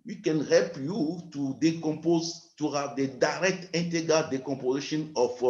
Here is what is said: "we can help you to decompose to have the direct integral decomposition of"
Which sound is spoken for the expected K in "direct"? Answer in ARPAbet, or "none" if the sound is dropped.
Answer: K